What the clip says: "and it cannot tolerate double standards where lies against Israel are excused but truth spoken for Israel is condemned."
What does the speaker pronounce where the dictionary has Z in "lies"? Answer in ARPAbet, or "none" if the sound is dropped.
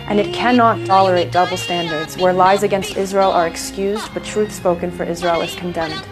Z